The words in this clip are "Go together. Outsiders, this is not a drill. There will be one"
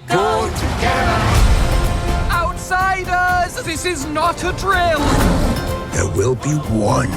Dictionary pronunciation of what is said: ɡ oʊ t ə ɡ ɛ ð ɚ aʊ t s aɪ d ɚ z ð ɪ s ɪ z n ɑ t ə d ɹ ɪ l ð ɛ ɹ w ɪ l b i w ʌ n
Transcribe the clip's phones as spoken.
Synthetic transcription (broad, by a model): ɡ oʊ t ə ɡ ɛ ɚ aʊ t s aɪ d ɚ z ð ɪ s ɪ z n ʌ t ə d ɹ ɪ l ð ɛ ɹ w ɪ l b i w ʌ n